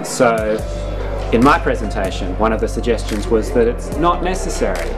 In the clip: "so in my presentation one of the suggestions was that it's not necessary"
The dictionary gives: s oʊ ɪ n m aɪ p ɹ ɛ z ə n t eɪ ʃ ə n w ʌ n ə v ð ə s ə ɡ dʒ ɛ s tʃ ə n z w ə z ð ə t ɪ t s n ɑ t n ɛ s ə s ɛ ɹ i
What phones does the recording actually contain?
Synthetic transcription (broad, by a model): s oʊ ɪ n m aɪ p ɹ ɛ z ə n t eɪ ʃ ə n w ʌ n ə v ð ə s ə ɡ dʒ ɛ s tʃ ə n z w ə z ð ə t ɪ t s n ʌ t n ɛ s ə s ɛ ɹ i